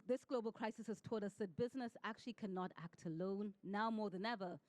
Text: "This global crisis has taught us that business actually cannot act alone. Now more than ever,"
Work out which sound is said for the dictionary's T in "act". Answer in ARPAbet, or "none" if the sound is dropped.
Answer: T